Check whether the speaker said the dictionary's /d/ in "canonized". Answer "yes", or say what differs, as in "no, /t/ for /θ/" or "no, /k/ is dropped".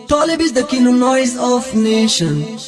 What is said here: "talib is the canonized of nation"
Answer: no, /d/ is dropped